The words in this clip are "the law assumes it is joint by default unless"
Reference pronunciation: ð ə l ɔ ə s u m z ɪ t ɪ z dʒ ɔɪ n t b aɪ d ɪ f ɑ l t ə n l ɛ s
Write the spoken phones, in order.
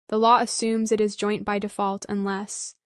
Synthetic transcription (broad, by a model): ð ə l ɔ ə s u m z ɪ t ɪ z dʒ ɔɪ n b aɪ d ɪ f ɑ l t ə n l ɛ s